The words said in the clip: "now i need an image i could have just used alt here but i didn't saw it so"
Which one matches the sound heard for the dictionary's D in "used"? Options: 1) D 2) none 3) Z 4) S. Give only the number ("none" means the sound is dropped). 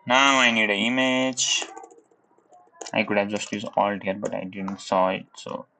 2